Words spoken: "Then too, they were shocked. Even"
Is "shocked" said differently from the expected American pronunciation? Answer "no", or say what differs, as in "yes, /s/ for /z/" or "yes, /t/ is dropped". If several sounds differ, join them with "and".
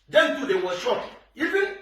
yes, /t/ is dropped